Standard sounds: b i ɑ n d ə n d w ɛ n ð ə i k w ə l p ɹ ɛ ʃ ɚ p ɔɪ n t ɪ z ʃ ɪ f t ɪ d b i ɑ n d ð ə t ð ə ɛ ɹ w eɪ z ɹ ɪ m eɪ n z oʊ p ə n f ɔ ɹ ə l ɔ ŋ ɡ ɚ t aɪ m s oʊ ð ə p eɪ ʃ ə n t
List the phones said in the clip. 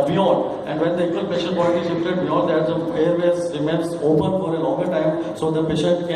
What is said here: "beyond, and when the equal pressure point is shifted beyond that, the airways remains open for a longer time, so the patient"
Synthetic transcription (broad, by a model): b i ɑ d ə n d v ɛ n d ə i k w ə l p ɛ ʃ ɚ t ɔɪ l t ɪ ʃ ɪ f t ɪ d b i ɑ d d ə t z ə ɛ ɹ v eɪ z ɹ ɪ m eɪ n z oʊ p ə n f ɔ ɹ ə l ɔ ŋ ɡ ɚ t aɪ m s oʊ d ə p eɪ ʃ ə n t